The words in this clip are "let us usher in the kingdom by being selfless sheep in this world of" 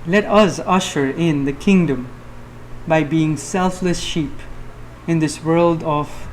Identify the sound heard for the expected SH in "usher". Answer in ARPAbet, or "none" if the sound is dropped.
SH